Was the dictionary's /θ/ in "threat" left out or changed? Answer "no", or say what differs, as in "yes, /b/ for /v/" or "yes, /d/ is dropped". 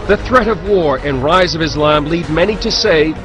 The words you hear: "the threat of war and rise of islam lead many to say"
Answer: no